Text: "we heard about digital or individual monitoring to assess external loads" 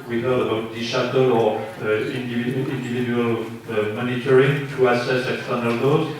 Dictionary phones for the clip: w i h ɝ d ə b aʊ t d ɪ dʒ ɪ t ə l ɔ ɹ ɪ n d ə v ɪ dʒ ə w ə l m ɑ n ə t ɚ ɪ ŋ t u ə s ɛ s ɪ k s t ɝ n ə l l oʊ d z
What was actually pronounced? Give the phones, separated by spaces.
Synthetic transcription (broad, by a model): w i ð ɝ ə b aʊ t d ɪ ʃ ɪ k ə l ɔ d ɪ n d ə v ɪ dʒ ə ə l m ɑ n ə t ɚ ɪ ŋ t u ə s ɛ s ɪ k s t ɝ n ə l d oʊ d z